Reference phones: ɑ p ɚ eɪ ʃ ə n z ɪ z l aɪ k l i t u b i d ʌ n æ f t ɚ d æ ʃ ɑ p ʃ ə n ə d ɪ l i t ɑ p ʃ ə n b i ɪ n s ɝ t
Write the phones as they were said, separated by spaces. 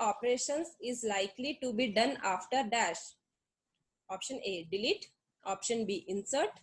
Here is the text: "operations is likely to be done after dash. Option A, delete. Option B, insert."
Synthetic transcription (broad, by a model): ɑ p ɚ eɪ ʃ ə n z ɪ z l aɪ k l i t u b i d ʌ n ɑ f t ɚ d æ ʃ ɑ p ʃ ə n ə d ɪ l i t ɑ p ʃ ə n b i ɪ n s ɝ t